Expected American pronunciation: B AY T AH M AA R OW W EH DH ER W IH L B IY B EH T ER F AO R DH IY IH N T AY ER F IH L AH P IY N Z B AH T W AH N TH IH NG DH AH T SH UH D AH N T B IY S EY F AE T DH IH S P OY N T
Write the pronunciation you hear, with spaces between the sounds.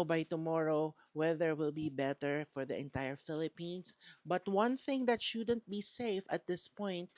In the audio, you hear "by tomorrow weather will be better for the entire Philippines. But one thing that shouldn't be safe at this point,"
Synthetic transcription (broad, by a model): B AY T AH M AA R OW W EH DH ER W IH L B IY B EH T ER F AO R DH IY IH N T AY ER F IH L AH P IY N S B AH T W AH N TH IH NG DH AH T SH UH D AH N T B IY S EY F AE T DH IH S P OY N T